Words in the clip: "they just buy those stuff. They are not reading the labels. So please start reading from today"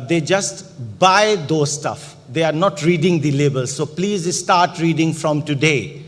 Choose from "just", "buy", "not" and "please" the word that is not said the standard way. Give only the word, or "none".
none